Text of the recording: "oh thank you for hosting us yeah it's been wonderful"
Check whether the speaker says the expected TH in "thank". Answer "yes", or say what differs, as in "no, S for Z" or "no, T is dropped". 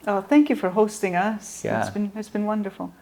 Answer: yes